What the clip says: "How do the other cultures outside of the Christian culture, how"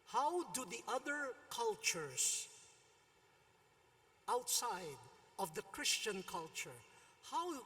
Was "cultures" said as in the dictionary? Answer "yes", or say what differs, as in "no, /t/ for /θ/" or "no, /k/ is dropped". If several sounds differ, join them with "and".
no, /s/ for /z/